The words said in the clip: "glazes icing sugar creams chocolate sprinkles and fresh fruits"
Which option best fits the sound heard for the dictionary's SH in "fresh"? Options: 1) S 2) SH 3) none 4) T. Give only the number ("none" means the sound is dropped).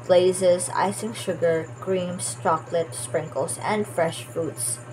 2